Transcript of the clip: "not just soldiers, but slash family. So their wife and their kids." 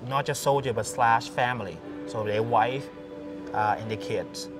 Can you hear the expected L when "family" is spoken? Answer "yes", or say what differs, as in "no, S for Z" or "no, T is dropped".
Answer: yes